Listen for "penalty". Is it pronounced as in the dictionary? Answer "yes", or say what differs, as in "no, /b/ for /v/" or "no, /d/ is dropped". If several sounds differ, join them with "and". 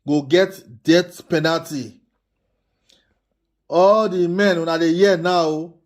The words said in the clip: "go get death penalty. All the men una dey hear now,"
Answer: yes